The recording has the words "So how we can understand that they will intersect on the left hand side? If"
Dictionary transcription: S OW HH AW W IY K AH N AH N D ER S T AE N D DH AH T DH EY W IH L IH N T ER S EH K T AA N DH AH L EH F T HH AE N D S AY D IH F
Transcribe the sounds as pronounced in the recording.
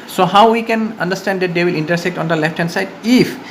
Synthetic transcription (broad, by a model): S OW HH AW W IY K AH N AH N D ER S T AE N D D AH T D EY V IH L IH N T ER S EH K T AA N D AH L EH F T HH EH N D S AY D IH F